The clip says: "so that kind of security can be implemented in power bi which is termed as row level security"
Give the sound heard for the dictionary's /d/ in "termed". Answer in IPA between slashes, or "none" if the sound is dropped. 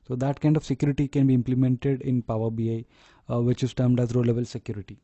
/d/